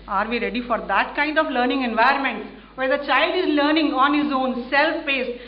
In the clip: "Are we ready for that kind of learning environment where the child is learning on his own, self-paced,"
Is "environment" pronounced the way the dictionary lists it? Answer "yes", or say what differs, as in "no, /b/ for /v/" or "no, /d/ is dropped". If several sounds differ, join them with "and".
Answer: no, /ɹ/ is dropped